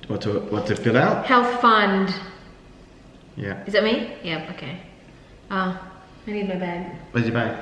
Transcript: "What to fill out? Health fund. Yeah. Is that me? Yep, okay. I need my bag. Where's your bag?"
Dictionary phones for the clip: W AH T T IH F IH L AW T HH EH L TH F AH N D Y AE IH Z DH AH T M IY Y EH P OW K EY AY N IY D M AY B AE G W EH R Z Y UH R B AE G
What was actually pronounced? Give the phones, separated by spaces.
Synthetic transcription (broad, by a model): W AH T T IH F IH L AW T HH EH L TH F AH N D Y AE IH Z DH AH T M IY Y EH P OW K EY AY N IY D M AY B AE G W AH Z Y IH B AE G